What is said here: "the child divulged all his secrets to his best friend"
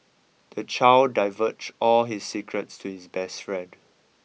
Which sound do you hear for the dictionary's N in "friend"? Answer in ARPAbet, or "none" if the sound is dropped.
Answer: none